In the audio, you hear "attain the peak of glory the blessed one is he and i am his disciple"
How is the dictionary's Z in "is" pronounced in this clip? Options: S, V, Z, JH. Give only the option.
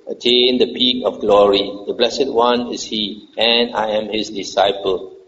S